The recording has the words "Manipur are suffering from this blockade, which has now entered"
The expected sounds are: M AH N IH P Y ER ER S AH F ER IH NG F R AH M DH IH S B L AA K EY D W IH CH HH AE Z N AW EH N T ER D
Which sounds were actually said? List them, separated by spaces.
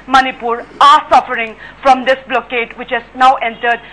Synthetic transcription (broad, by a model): M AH N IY P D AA S AH F ER IH NG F R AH M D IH S B L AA K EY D W IH CH HH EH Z N AW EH N T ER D